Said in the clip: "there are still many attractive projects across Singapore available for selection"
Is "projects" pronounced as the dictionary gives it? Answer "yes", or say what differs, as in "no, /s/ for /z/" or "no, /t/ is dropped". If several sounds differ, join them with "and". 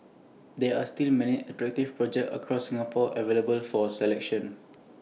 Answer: no, /s/ is dropped